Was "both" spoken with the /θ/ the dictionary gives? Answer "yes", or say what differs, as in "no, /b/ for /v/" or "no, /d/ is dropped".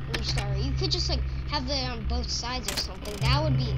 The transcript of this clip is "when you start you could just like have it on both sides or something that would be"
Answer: yes